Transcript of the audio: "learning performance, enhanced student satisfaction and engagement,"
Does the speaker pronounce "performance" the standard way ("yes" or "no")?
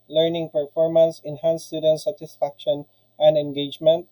yes